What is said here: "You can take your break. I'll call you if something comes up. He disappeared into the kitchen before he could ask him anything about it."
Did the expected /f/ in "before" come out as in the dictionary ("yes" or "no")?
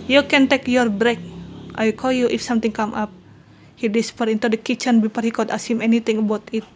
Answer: no